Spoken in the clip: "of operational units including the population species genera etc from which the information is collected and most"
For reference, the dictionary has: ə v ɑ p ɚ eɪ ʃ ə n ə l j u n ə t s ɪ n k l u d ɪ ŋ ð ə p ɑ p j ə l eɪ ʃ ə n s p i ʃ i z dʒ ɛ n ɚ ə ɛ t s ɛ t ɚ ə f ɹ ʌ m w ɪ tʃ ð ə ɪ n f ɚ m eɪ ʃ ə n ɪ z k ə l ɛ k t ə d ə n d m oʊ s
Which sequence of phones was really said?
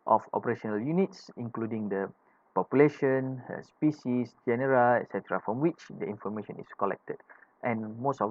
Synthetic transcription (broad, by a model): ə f ɑ p ɚ eɪ ʃ ə n ə l j u n ə t s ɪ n k l u d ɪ ŋ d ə p ɑ p j ə l eɪ ʃ ə n s p i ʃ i s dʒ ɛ n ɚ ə ɛ t s ɛ t ɚ ə f ɹ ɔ m w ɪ tʃ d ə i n f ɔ m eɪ ʃ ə n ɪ s k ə l ɛ k t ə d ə n m oʊ s